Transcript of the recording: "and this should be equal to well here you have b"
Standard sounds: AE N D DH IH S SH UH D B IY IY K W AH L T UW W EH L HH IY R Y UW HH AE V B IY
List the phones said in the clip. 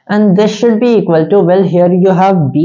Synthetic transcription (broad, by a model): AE N D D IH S SH UH D B IY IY K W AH L T UW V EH L HH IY R Y UW HH AE V B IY